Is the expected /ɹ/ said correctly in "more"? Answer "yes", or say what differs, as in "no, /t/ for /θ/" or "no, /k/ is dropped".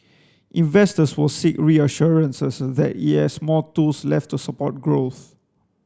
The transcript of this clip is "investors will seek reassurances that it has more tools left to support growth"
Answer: no, /l/ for /ɹ/